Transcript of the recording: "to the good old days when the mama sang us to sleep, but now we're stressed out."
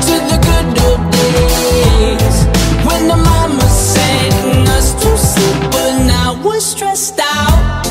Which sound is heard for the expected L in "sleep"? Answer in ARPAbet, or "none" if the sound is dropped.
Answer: none